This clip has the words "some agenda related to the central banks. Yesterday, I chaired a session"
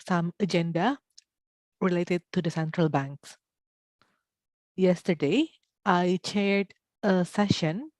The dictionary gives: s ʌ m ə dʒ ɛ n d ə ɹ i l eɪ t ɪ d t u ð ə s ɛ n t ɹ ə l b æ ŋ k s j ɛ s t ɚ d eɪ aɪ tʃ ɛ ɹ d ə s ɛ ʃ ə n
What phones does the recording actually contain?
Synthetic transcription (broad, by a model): s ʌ m ə dʒ ɛ n d ə ɹ i l eɪ t ɪ d t u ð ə s ɛ n t ɹ ə l b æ ŋ k s j ɛ s t ɚ d eɪ aɪ tʃ ɛ ɹ d ə s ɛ ʃ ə n